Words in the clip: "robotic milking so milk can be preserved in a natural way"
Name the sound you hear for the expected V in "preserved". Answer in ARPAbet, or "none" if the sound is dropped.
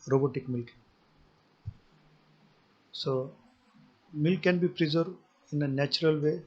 none